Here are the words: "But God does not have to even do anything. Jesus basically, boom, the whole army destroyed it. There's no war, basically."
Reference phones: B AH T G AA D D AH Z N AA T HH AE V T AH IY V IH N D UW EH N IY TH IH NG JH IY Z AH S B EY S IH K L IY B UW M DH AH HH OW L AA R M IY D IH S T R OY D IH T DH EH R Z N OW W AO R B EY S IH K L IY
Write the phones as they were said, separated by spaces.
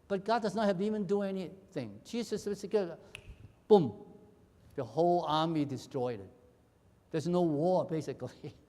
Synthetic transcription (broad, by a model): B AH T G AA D D AH Z N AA T HH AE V IY V IH N D UW EH N IY TH IH NG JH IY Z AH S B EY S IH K IY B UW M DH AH HH OW L AA R M IY D IH S T R OY D IH T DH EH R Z N OW W AO R B EY S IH K L IY